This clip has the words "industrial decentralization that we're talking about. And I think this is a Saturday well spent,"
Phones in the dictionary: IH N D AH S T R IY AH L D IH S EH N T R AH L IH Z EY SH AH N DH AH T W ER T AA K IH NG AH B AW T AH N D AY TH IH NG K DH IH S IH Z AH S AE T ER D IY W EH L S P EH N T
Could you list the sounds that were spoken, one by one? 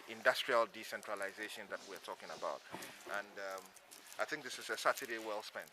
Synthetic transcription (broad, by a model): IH N D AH S T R IY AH L D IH S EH N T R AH L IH Z EY SH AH N DH AH T W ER T AA K IH NG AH B AW T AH N D AY TH IH NG K DH IH S IH Z AH S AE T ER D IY W EH L S P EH N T